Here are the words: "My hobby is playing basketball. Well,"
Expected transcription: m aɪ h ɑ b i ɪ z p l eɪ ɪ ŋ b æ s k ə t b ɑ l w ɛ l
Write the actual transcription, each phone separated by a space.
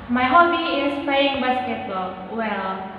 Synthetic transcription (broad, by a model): m aɪ h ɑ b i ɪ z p eɪ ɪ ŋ b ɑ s k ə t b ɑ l w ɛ l